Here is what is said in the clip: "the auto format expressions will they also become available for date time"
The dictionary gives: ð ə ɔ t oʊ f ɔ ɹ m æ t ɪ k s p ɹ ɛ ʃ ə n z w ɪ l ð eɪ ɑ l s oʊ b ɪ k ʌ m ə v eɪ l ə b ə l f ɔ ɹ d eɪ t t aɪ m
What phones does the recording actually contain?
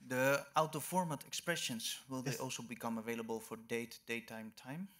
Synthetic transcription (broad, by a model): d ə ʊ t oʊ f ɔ ɹ m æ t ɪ k s p ɹ ɛ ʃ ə n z w ɪ l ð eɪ ɑ l s oʊ b ɪ k ʌ m ə v eɪ l ə b ə l f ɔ ɹ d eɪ t t aɪ m